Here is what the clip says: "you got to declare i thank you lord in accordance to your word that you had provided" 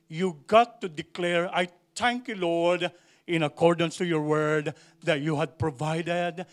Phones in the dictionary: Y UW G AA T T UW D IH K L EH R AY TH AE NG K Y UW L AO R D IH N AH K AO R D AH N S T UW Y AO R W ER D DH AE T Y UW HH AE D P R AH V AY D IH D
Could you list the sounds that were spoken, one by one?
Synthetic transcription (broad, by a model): Y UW G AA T T UW D IH K L EH R AY T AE NG K Y UW L AO R D IH N AH K AO R D AH N S T UW Y AO R W ER D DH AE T Y UW HH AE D P R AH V AY D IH D